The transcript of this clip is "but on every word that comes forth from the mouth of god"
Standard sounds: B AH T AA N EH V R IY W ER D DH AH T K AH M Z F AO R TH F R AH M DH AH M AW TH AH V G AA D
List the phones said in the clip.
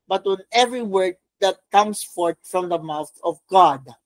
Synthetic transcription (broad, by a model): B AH T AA N EH V R IY W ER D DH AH T K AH M S F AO R T F R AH M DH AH M AW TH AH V G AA D